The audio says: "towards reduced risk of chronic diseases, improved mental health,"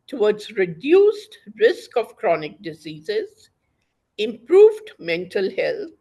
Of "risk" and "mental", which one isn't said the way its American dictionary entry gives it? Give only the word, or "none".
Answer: none